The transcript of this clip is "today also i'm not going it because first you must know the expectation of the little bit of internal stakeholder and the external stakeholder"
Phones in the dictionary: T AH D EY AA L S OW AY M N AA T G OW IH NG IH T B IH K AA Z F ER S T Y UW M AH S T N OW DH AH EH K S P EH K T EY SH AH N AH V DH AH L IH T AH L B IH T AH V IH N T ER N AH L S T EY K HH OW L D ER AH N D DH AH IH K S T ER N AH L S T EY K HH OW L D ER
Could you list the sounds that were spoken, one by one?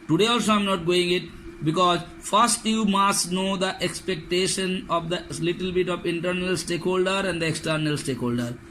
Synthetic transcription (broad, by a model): T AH D EY AA L S OW AY M N AA T G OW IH NG IH T B IH K AA Z F ER S T Y UW M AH S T N OW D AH EH K S P EH K T EY SH AH N AH V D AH L IH T AH L B IH T AH V IH N T ER N AH L S T EY K HH OW L D ER AH N D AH IH K S T ER N AH L S T EY K HH OW L D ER